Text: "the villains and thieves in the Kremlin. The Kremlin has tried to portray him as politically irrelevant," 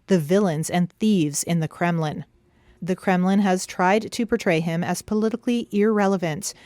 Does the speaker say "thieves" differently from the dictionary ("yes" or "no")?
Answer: no